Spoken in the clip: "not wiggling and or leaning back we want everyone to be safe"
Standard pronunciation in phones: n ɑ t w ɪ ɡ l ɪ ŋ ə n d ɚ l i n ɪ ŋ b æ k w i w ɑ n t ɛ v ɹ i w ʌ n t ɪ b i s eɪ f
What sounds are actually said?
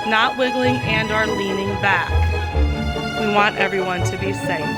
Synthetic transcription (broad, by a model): n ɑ t w ɪ ɡ l ɪ ŋ ə n d ɚ l i n ɪ ŋ b æ k w i w ɑ n t ɛ v ɹ i w ʌ n t ɪ b i s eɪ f